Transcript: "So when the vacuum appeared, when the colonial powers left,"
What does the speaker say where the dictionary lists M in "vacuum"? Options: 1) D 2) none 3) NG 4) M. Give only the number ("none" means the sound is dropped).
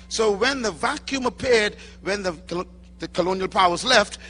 4